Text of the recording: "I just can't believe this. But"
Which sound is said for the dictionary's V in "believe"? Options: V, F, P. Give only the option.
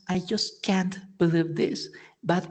V